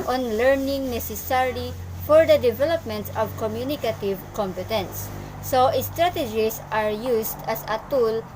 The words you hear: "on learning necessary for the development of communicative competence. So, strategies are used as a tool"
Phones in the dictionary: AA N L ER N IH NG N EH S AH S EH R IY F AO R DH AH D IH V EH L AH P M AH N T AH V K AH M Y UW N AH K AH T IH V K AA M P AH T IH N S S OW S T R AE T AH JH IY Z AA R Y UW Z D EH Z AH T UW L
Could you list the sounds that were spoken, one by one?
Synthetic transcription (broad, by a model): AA N L ER N IH NG N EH S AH S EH R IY F AO R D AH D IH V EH L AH P M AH N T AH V K AH M Y UW N AH K AH T IH V K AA M P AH T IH N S S OW S T R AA T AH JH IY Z AA R Y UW S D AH S AH T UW L